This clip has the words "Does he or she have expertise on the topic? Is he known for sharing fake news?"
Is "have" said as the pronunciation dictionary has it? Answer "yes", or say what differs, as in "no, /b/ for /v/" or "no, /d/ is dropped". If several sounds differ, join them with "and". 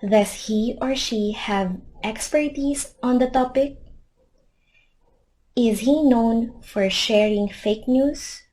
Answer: yes